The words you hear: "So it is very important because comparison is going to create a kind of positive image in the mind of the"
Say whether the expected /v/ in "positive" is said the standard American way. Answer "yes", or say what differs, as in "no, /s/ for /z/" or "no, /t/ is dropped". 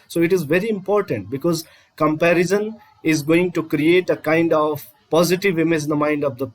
yes